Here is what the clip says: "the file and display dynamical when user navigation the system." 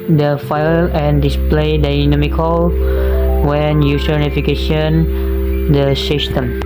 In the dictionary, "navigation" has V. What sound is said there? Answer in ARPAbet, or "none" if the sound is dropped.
F